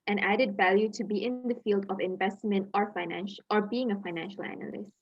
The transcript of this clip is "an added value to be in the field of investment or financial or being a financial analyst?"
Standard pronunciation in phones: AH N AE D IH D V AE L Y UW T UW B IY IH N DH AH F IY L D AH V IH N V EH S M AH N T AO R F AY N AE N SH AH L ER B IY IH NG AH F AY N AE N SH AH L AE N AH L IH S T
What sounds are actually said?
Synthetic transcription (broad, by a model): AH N AE D IH D V AE L Y UW T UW B IY IH N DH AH F IY L D AH V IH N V EH S M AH N T AO R F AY N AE N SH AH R B IY IH NG AH F AY N AE N SH AH L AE N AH L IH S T